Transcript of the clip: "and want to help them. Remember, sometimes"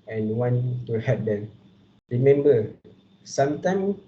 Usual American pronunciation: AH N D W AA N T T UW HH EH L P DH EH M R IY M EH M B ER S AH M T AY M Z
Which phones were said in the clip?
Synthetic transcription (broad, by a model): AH N W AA N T T UW HH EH P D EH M R IY M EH M B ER S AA M T AY M